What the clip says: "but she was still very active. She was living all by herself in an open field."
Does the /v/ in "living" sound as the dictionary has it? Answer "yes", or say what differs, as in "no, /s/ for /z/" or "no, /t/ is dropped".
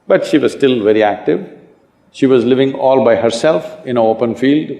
yes